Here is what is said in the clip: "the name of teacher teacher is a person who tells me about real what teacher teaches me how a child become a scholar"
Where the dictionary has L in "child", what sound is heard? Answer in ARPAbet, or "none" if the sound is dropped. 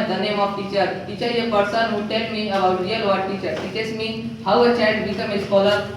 none